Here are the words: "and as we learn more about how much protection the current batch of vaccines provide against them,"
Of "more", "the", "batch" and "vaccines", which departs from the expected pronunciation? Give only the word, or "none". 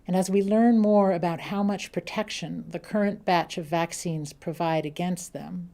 none